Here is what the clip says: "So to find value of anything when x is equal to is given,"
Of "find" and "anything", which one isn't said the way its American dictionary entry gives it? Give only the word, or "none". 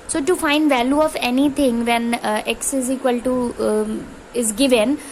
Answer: anything